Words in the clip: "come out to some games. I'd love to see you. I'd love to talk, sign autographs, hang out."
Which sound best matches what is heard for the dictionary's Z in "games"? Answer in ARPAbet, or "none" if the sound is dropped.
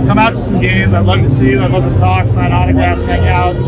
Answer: Z